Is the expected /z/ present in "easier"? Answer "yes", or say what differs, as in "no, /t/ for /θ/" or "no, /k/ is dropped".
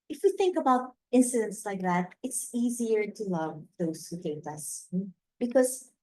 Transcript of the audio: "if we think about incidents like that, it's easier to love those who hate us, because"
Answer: yes